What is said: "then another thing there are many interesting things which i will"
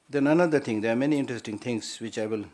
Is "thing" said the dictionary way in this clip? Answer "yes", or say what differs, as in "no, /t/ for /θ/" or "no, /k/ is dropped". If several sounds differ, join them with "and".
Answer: no, /t/ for /θ/